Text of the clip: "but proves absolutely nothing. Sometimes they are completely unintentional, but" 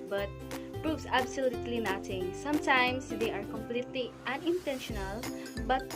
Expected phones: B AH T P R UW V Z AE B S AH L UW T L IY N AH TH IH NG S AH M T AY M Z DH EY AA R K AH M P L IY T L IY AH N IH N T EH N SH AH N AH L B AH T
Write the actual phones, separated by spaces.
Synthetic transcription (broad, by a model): B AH T P R UW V S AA B S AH L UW T L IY N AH T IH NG S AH M T AY M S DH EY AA R K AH M P L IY T L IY AH N IH N T EH N SH AH N AH L B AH T